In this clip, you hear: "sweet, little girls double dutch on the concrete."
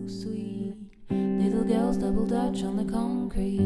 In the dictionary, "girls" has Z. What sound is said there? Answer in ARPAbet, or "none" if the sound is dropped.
Z